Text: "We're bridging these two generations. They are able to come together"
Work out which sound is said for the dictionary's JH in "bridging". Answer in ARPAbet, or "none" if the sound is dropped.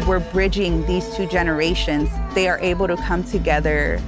JH